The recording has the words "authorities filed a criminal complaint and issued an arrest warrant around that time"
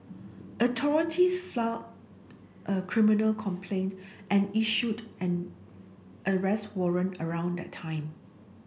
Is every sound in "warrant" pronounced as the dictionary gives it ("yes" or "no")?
no